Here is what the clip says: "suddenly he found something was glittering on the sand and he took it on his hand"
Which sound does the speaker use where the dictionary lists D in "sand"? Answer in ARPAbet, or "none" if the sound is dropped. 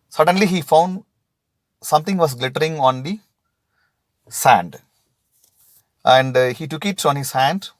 D